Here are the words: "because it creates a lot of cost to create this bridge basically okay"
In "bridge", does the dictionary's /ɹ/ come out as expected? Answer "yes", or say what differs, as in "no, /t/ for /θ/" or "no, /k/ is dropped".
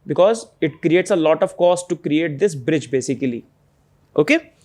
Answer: yes